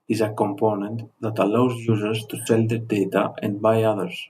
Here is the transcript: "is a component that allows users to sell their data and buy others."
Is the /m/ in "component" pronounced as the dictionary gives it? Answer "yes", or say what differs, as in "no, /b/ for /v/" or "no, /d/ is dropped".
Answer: yes